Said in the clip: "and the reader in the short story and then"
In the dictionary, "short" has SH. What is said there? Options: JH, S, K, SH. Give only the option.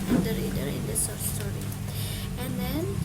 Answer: S